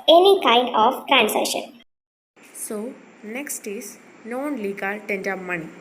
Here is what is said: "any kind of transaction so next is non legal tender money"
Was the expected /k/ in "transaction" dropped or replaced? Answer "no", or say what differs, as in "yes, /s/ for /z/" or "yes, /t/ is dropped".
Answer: yes, /k/ is dropped